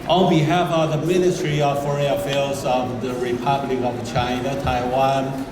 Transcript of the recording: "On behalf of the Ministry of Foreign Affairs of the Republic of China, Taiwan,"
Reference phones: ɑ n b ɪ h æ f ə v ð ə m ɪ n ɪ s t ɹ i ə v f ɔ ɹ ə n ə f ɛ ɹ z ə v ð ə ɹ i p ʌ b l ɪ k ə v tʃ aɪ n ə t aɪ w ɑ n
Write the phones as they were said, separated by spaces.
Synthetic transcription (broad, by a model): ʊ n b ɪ h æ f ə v ð ə m ɪ n ɪ s t ɹ i ə v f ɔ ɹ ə ə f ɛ l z ə v ð ə ɹ i p ʌ b l ɪ k ə v tʃ aɪ n ə t aɪ w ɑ n